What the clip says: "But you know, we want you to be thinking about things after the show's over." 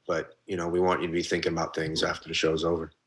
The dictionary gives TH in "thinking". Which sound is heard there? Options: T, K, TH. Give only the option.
TH